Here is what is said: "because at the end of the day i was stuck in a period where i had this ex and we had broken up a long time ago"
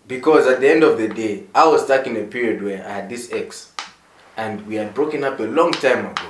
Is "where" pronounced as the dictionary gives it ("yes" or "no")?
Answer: yes